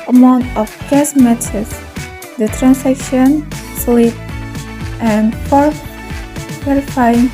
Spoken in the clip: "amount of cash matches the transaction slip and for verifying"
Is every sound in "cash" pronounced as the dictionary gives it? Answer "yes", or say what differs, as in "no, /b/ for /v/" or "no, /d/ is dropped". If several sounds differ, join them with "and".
no, /s/ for /ʃ/